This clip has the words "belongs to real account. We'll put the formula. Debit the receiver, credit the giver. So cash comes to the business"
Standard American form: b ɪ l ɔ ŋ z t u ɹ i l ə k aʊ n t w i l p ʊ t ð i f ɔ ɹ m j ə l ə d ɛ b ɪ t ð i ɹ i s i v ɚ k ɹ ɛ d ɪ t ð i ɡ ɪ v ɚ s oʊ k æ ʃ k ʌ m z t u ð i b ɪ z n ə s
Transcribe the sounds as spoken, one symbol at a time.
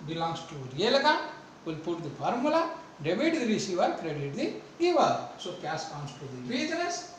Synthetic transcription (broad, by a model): b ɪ l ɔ ŋ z t u ɹ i l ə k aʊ n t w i l p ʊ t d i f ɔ ɹ m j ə l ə d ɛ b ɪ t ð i ɹ i s i v ɚ k ɹ ɛ d ɪ t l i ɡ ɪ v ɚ s oʊ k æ s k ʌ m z t u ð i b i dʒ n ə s